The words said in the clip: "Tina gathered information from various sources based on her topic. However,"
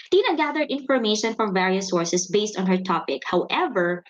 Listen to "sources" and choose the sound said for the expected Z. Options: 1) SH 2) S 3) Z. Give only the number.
2